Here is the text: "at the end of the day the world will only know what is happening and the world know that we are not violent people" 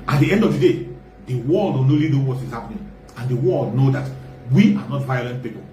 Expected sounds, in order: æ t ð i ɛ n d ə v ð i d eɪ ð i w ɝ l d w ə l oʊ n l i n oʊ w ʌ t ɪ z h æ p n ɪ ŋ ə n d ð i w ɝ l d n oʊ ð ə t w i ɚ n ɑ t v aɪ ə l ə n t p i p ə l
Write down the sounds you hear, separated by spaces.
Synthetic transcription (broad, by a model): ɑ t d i ɛ n d ə v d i d eɪ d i w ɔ l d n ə n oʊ l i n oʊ w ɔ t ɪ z h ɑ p n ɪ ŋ ə n d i w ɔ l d n oʊ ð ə t w i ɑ n ɑ t v aɪ ə l ə n t p i p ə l